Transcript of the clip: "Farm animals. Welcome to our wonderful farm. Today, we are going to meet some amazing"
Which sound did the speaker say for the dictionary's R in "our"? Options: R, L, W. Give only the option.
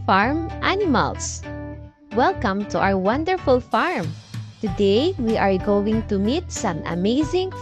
W